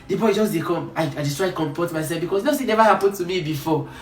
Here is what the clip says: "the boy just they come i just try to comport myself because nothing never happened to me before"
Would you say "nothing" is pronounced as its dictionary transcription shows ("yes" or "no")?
no